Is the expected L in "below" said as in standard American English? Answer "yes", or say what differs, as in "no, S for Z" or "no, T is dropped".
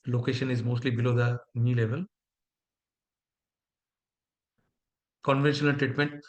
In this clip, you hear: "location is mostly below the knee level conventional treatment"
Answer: yes